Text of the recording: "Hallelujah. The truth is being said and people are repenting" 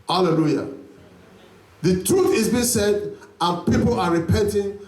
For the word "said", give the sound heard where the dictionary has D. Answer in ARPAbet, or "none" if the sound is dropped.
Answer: D